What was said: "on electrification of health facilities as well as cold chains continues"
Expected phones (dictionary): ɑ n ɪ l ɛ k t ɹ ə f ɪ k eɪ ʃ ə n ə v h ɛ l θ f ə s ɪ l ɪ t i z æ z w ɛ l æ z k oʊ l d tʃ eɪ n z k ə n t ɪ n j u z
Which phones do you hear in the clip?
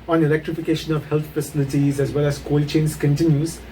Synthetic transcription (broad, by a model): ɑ n ɪ l ɛ k t ɹ ə f ɪ k eɪ ʃ ə n ə v h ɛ l t f ə s ɪ l ɪ t i z æ z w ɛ l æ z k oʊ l tʃ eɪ n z k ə n t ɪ n j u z